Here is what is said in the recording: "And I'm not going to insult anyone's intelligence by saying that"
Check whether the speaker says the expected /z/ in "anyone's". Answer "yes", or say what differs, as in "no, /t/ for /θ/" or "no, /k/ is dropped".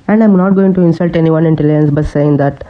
no, /z/ is dropped